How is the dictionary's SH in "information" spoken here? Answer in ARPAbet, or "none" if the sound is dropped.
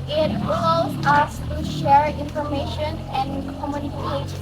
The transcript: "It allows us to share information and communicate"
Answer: SH